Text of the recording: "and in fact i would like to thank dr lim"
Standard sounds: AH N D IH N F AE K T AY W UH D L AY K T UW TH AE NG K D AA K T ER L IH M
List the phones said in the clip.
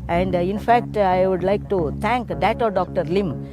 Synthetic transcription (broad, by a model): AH N D IH N F AE K T AY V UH D L AY K T UW T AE NG K D AA K T ER L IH M